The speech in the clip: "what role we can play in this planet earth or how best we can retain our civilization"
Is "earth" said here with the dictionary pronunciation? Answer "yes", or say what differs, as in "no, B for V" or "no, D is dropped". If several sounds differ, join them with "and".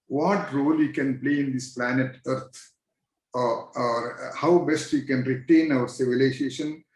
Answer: no, T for TH